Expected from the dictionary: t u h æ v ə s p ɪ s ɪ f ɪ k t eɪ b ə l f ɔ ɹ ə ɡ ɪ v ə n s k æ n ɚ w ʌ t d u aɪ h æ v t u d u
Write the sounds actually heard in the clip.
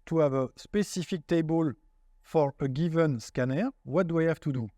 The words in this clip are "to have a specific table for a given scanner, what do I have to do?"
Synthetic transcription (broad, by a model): t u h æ v ə s p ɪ s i f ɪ k t eɪ b ə l f ɔ ɹ ə ɡ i v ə n s k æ n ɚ w ʌ t d u aɪ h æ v t u d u